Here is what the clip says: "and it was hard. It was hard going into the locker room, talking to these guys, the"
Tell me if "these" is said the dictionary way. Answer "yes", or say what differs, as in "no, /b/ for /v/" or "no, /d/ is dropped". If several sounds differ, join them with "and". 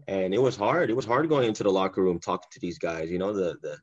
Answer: yes